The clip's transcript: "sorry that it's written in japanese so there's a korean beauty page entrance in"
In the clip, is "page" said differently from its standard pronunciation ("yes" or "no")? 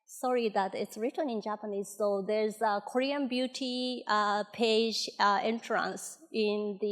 no